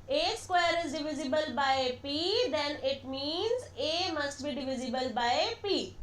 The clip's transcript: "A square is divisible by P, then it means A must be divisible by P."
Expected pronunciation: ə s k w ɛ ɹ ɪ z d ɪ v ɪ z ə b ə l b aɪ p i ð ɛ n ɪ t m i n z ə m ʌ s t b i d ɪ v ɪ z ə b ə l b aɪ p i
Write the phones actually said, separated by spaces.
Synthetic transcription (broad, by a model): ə s k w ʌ ɹ ɪ z d ɪ v ɪ z ə b ə l b aɪ p i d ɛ n ɪ t m i n z ə m ʌ s t b i d ɪ v ɪ z ə b ə l b aɪ p i